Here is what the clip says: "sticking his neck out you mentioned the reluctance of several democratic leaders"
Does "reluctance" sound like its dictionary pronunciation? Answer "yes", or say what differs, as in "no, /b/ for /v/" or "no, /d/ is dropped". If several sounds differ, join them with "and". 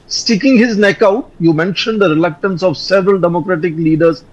yes